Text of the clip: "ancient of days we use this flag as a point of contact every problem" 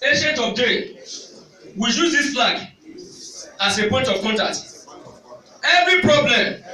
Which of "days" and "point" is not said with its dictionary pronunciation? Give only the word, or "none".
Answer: days